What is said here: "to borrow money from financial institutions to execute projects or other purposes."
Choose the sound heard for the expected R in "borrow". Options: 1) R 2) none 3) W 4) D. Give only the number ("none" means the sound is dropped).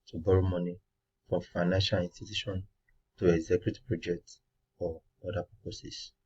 1